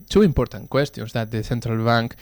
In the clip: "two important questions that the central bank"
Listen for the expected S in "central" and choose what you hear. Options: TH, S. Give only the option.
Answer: TH